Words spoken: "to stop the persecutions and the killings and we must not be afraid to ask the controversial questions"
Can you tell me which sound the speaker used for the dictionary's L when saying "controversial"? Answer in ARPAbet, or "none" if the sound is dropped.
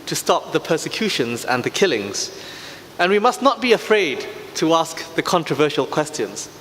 L